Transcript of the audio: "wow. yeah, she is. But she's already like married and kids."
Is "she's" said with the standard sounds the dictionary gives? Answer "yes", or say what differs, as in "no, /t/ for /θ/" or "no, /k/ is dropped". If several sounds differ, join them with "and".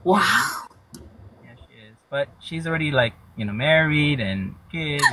yes